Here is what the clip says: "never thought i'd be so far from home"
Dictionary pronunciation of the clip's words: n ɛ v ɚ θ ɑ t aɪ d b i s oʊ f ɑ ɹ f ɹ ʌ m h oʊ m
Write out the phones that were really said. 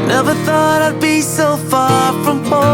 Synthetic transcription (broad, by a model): n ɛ v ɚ θ ɑ t aɪ d b i s oʊ f ɑ ɹ f ɹ ʌ m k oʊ